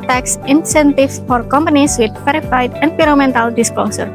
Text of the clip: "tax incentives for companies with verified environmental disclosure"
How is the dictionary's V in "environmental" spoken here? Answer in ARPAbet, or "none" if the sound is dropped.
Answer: P